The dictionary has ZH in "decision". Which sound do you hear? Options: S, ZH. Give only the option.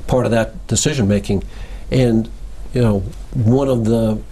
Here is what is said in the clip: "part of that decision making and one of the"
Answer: ZH